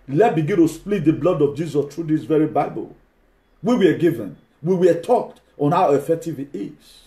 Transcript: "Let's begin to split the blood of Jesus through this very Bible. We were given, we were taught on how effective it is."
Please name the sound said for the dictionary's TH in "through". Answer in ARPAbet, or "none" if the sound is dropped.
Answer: T